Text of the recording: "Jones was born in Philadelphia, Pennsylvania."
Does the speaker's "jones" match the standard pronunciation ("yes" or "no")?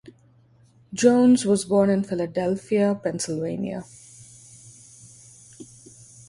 yes